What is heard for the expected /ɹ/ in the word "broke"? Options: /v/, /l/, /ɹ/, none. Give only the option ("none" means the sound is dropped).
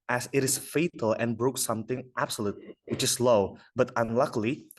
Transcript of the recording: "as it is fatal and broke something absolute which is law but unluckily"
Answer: /ɹ/